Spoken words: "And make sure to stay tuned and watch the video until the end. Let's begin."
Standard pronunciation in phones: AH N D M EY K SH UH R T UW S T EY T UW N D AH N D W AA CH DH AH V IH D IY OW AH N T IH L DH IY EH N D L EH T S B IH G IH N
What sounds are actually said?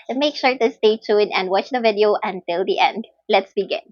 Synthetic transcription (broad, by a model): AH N M EY K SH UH R T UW S T EY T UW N AH N D W AA CH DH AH V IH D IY OW AH N T IH L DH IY EH N D L EH T S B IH G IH N